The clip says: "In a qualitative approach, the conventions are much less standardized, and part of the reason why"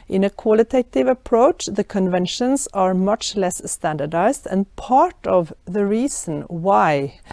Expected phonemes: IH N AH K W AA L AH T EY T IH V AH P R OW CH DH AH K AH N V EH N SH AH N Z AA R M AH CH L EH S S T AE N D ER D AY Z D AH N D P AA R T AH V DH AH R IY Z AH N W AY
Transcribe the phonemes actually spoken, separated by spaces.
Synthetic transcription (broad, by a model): IH N AH K W AA L AH T EY T IH V AH P R OW CH DH AH K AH N V EH N SH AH N S AA R M AH CH L EH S S T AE N D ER D AY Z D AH N P AA R T AH V DH AH R IY S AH N W AY